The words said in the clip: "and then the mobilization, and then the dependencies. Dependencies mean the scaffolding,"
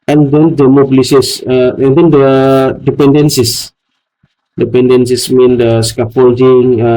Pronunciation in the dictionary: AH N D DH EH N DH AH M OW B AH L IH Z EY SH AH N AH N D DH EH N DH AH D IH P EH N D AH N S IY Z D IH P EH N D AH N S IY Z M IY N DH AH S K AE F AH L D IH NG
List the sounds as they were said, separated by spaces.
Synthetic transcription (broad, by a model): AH N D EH N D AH M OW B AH L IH S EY S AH AH N D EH N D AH D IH P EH N D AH N S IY S D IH P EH N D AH N S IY S M IY N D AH S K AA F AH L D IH NG